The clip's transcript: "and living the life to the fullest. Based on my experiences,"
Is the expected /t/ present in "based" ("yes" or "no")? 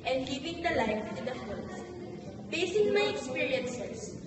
no